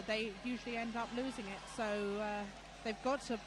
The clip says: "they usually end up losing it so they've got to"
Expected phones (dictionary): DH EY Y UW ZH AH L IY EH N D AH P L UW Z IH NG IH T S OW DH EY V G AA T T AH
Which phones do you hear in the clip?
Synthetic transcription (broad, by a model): DH EY Y UW ZH AH L IY EH N D AH P L UW Z IH NG IH T S OW DH EY V G AA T T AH